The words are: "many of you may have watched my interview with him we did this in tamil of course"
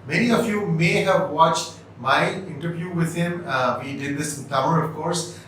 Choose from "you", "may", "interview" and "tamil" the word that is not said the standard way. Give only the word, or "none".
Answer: tamil